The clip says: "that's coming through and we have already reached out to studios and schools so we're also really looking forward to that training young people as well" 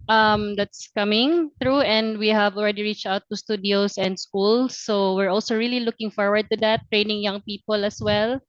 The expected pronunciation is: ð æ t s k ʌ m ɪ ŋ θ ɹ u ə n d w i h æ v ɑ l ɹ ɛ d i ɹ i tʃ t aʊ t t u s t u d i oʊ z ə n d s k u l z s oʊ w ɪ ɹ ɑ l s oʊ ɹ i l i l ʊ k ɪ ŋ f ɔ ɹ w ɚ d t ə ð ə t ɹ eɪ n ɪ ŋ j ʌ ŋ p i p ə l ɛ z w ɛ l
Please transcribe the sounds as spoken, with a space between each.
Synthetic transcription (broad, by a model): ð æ t s k ʌ m ɪ ŋ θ ɹ u ə n d w i h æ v ɑ l ɹ ɛ d i ɹ i tʃ t aʊ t t u s t u d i oʊ s ə n d s k u l s oʊ w ɪ ɹ ɑ l s oʊ ɹ i l i l ʊ k ɪ ŋ f ɔ ɹ w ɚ d t ə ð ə t ɹ eɪ n ɪ ŋ j ʌ ŋ p i p ə l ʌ s w ɛ l